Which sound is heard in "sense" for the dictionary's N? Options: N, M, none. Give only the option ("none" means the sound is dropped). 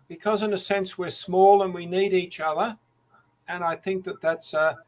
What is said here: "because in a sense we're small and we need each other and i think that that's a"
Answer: N